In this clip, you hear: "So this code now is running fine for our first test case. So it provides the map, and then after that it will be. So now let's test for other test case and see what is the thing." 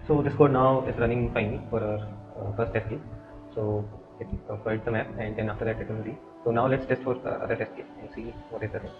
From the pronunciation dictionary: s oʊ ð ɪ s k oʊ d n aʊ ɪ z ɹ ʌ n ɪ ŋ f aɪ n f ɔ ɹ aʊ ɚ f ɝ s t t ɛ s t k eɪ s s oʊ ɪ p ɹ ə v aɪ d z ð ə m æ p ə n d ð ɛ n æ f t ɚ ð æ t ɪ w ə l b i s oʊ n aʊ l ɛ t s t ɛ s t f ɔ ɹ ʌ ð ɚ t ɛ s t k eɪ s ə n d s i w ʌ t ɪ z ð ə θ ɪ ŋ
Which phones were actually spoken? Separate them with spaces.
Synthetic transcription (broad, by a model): s oʊ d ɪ s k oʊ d n aʊ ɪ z ɹ ʌ n ɪ ŋ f aɪ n f ɔ ɹ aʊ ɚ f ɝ s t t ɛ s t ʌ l s oʊ ɪ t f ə ɪ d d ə m æ p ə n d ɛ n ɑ f t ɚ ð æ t ɪ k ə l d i s oʊ n aʊ l ɛ t s t ɛ s t f ɔ ɹ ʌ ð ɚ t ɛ s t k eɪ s ə n d s i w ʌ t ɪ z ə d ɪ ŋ